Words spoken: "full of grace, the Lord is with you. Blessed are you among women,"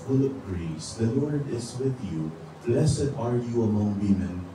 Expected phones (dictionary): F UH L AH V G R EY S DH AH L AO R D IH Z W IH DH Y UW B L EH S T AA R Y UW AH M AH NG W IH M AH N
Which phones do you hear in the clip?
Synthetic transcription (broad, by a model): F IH L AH P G R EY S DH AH L AO R D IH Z W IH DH Y UW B L EH S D AA R Y UW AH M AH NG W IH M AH N